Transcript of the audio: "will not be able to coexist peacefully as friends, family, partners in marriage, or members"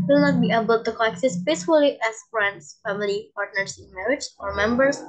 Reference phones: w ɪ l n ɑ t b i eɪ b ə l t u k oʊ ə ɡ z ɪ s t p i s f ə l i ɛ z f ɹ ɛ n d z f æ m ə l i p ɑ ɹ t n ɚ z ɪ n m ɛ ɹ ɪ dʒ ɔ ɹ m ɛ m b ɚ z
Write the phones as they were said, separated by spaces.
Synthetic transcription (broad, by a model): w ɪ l n ɑ t b i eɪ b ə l t u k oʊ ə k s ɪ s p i s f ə l i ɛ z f ɹ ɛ n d s f æ m ə l i p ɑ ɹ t n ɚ s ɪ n m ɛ ɹ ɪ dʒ ɔ ɹ m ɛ m b ɚ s